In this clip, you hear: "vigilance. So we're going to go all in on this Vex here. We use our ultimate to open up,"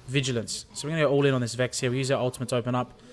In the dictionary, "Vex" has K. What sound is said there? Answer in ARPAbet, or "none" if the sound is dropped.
K